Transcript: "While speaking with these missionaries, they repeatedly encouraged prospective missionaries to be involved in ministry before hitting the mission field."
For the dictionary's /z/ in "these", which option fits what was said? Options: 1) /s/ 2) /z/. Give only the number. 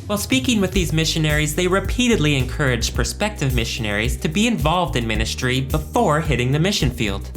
2